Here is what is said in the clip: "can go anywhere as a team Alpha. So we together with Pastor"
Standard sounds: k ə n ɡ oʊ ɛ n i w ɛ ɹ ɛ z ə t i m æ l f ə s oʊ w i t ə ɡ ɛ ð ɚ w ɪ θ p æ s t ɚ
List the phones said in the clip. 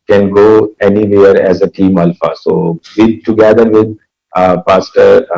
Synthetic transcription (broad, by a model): k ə n ɡ oʊ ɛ n i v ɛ ɹ ɛ z ə t i m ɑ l f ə s oʊ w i t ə ɡ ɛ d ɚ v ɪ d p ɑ s t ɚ